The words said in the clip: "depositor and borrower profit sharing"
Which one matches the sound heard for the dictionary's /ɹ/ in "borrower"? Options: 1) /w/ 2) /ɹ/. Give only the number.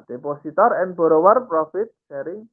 2